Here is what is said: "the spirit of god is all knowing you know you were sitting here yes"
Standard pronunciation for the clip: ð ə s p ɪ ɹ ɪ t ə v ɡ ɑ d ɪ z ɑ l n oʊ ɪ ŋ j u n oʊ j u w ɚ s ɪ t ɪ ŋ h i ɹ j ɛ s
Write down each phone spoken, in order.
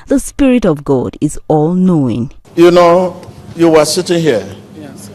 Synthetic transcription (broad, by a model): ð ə s p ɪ ɹ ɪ t ə v ɡ ɑ d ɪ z ɑ l n oʊ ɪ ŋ j u n oʊ j u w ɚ s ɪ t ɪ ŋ h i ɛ